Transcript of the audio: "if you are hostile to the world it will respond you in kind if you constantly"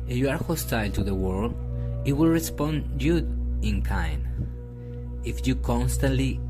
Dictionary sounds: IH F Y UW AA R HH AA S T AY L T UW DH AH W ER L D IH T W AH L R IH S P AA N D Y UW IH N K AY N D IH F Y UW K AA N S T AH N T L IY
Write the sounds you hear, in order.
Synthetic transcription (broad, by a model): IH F Y UW AA R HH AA S T AY L T UW DH AH W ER L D IH T W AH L R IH S P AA N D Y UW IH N K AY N IH F Y UW K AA N S T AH N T L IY